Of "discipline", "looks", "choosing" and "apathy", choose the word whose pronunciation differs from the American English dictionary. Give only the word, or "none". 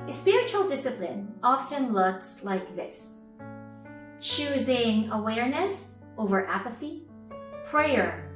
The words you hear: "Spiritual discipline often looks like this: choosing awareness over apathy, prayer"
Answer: none